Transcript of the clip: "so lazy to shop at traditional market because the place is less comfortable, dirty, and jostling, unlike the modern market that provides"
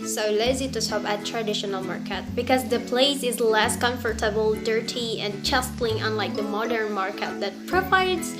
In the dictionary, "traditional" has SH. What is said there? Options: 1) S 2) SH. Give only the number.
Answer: 2